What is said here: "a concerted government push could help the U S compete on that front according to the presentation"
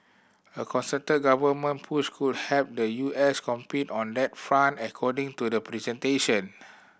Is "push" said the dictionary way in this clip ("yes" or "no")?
no